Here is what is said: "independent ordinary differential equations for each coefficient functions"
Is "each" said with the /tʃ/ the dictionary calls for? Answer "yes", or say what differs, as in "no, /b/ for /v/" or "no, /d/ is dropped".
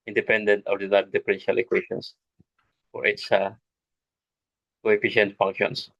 no, /s/ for /tʃ/